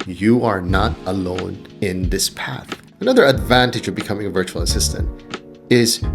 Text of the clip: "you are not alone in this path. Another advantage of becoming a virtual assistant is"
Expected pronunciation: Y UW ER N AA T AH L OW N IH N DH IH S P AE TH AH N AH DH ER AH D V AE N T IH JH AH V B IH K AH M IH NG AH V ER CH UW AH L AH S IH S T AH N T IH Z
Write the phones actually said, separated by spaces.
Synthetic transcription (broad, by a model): Y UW ER N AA T AH L OW N IH N DH IH S P AE TH AH N AH DH ER AH D V AE N T IH JH AH V B IH K AH M IH NG AH V ER CH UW L AH S IH S T AH N T IH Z